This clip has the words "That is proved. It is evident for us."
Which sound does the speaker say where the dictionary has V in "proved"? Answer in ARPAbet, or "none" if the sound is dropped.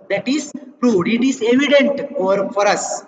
none